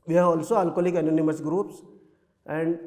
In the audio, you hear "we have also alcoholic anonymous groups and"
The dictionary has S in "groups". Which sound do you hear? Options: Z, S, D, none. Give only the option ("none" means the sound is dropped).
S